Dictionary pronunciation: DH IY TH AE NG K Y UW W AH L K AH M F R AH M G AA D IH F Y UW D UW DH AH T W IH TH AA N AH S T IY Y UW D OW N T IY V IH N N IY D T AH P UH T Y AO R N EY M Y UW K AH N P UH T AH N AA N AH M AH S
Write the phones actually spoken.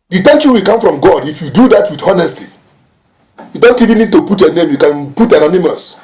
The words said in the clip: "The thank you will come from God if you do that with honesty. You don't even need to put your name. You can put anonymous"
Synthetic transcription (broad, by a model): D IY T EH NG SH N W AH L K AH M F R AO M G AA D IH F Y UW D UW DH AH T W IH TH AA N AH S T IY Y UW D OW N T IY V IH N N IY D T AH P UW T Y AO N EY M Y UW K AH N P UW T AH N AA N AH M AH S